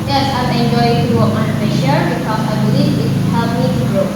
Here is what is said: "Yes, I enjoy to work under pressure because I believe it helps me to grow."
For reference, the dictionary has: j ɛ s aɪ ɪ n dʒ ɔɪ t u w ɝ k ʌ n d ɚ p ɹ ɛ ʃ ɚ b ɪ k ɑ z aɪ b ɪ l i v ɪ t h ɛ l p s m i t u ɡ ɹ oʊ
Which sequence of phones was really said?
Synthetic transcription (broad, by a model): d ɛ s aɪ ɪ n dʒ ɔɪ t u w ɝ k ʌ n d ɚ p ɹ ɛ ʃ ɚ b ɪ k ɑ s aɪ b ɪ l i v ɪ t h ɛ l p m i t u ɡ ɹ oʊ